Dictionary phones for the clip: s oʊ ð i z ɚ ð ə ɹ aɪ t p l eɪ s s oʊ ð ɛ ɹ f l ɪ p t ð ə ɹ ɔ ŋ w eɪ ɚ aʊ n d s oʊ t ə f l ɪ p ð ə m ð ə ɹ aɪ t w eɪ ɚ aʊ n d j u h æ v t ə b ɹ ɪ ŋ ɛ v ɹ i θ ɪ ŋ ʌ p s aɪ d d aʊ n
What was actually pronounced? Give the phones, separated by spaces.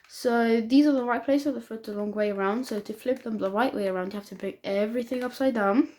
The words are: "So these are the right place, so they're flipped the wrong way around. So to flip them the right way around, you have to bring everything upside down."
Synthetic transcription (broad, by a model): s oʊ ð i z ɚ ð ə ɹ aɪ t p l eɪ s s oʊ ð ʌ f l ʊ t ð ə l ɔ ŋ w eɪ ɚ aʊ n d s oʊ t ə f l ɪ p ð ə m ð ə ɹ aɪ t w eɪ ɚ aʊ n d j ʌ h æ f t ə b ɹ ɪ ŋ ɛ v ɹ i θ ɪ ŋ ʌ p s aɪ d d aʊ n